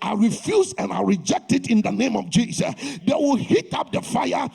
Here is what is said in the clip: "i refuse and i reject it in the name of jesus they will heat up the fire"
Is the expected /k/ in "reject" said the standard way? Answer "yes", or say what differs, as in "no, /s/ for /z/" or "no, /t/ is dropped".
yes